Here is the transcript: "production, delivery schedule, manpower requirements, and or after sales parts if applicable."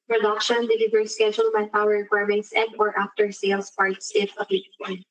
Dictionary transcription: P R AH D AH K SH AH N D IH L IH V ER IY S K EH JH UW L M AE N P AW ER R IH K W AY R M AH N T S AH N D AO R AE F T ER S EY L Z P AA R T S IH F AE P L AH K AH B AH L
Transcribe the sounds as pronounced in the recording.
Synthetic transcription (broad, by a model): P R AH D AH K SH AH N D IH L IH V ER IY S K EH JH UW L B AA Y P AW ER R IH K W AY R M AH N T S AH N D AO R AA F T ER S EY L S P AA R T S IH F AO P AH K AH